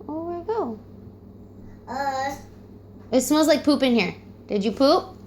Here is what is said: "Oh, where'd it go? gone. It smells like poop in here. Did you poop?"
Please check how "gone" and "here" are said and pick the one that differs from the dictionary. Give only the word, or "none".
gone